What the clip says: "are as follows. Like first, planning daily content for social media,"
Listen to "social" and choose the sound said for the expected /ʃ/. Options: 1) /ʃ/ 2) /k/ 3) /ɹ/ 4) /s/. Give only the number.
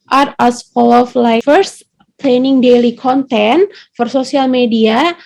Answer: 4